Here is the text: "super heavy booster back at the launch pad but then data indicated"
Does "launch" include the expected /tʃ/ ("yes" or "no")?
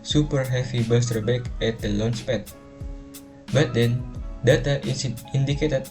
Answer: no